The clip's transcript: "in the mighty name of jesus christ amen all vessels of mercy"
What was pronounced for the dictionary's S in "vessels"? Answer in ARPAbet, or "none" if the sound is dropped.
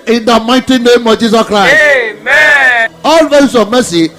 none